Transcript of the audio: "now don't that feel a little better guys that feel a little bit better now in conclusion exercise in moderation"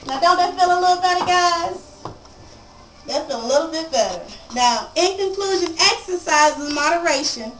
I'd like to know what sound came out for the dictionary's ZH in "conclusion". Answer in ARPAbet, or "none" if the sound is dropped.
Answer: ZH